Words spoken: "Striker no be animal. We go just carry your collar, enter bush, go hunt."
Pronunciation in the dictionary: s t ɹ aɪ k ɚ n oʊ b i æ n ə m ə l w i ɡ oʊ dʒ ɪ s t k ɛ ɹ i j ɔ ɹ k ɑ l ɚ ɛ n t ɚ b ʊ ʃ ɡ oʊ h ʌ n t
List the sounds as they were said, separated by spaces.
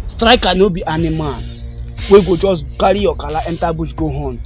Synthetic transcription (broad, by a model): s t ɹ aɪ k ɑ n oʊ b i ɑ n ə m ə n w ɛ ɡ oʊ dʒ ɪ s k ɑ ɹ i j ɔ k ɑ l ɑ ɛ n t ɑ b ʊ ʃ ɡ oʊ h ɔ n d